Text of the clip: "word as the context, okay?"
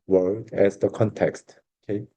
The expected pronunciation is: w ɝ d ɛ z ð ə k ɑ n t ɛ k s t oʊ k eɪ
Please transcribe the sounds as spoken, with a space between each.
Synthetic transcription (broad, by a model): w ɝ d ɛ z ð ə k ɑ n t ɛ k s t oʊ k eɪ